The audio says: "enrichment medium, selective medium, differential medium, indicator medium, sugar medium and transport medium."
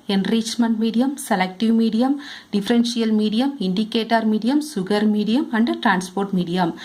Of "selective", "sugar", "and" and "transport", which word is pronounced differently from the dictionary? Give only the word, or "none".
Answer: sugar